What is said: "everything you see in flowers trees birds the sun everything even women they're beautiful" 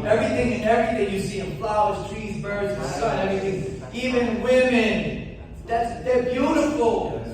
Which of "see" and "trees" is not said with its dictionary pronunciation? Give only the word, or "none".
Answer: none